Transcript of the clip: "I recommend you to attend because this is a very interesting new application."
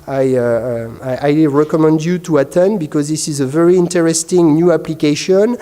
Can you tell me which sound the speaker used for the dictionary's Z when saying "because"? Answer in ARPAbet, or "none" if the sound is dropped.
Z